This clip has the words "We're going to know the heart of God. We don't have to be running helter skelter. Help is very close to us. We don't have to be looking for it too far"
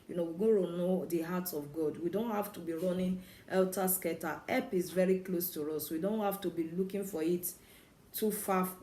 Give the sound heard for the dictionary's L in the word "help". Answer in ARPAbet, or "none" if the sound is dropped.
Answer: none